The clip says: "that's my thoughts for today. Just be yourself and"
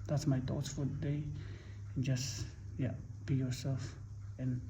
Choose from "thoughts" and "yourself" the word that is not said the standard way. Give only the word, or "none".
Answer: thoughts